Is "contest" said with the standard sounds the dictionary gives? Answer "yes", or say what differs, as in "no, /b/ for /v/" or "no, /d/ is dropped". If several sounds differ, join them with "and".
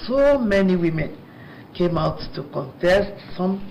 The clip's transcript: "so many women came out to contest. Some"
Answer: yes